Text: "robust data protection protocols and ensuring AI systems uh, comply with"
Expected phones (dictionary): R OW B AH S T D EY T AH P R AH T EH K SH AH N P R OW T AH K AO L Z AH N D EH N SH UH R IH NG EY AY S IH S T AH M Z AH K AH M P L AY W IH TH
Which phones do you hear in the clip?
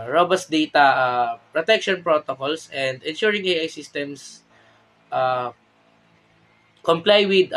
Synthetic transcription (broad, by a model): R OW B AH S T D EY T AH P R AH T EH K SH AH N P R OW T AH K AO L S AH N D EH N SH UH R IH NG EY AY S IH S T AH M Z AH K AH M P L AY W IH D